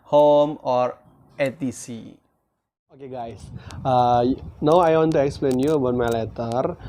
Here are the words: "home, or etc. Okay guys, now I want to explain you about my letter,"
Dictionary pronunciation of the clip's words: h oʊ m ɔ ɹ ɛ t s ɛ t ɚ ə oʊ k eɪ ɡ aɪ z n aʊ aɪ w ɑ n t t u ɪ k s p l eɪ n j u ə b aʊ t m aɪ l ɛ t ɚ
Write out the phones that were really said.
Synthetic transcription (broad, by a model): h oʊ m ɔ ɹ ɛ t i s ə oʊ k eɪ ɡ aɪ s n aʊ aɪ w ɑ n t t u ɪ k s p l eɪ n j u ə b aʊ t m aɪ l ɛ t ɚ